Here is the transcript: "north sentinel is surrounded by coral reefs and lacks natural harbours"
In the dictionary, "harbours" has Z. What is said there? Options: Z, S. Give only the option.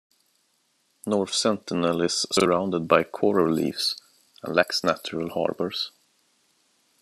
S